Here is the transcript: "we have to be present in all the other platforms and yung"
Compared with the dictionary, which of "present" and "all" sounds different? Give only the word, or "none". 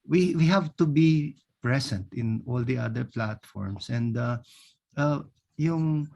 present